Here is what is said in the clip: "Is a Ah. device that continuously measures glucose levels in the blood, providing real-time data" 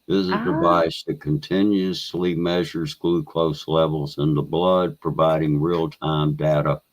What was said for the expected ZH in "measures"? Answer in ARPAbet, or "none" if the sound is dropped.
ZH